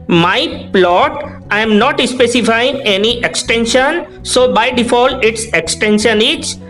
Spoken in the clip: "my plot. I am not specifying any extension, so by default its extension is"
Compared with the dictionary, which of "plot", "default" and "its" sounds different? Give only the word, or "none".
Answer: default